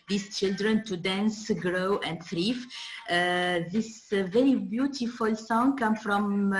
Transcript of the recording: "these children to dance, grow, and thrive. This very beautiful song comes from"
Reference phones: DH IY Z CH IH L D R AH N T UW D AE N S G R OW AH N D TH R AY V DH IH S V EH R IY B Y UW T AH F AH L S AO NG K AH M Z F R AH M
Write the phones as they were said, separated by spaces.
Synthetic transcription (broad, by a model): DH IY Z CH IH L D R AH N T UW D AE N S G R OW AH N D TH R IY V DH IH S V EH R IY B Y UW T AH F AH L S AO NG K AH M F R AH M